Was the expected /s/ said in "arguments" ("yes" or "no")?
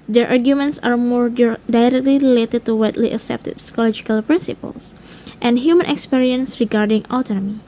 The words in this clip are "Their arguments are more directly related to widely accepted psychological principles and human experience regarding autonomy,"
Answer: yes